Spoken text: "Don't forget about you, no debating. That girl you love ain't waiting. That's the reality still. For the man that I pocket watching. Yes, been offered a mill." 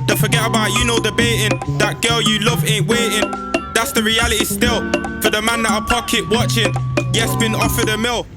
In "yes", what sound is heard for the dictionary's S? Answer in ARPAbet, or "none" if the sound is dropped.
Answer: S